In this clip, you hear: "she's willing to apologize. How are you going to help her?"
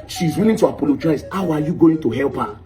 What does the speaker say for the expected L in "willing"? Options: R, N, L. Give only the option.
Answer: N